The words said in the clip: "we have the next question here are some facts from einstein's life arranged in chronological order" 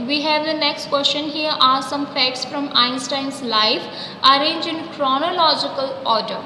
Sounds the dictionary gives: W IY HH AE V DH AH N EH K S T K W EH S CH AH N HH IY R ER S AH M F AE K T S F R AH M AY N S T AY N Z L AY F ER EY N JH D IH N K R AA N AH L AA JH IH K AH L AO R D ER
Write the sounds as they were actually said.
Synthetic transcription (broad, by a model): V IY HH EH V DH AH N EH K S T K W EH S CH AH N HH IY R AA S AH M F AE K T S F R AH M AY N S T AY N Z L AY F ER EY N JH IH N K R AA N AH L AA JH IH K AH L AO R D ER